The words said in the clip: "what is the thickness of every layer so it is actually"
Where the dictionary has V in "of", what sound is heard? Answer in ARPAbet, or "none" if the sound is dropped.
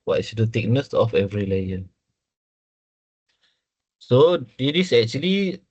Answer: F